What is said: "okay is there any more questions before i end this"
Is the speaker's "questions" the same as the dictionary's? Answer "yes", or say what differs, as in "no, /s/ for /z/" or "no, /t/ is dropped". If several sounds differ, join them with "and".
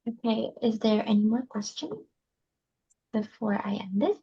no, /z/ is dropped